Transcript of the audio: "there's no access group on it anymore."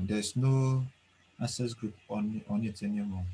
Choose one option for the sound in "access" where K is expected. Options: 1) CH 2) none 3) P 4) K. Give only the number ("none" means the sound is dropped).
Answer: 2